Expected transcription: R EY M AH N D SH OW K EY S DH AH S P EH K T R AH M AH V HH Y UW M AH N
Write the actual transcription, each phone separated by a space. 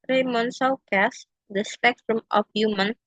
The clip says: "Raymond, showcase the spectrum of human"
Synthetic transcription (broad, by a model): R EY M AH N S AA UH K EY S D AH S P EH K T R AH M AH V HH Y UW M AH N